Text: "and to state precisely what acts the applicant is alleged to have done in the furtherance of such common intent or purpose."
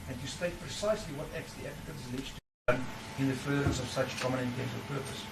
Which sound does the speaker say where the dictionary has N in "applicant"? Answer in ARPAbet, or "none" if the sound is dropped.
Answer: none